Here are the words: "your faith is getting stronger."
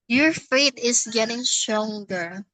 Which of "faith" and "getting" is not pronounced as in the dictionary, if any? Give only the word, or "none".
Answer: faith